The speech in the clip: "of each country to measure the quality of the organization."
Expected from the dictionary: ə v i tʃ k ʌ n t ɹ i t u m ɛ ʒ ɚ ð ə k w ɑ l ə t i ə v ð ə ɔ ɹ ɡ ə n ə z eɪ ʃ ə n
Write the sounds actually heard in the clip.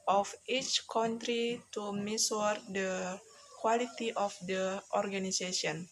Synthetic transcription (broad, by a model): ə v i tʃ k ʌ n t ɹ i t u m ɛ s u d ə k w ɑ l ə t i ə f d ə ɔ ɹ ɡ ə n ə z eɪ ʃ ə n